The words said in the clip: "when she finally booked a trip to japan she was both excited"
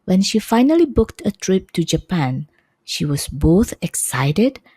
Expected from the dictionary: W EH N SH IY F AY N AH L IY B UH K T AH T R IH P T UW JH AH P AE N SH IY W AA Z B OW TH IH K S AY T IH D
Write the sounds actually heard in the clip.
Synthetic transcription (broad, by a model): W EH N SH IY F AY N AH L IY B UH K T AH T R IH P T UW JH AH P AE N SH IY W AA S B OW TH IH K S AY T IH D